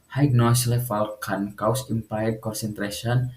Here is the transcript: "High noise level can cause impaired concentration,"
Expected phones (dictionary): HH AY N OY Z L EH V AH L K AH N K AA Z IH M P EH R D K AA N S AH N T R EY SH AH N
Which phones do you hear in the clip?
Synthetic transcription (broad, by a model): HH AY N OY S L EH F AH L K AH N K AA S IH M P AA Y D K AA N S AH N T R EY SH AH N